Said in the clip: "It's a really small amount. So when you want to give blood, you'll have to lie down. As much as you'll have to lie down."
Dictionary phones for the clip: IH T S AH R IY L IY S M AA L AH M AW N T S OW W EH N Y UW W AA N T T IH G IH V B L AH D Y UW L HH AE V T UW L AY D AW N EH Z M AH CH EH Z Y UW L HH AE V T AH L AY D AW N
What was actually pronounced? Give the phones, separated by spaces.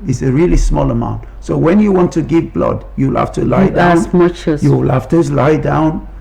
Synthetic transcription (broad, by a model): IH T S AH R IY L IY S M AA L AH M AW N T S OW W EH N Y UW W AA N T T IH G IH V B L AH D Y UW L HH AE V T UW L AY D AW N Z M AH CH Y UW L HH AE F T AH L AY D AW N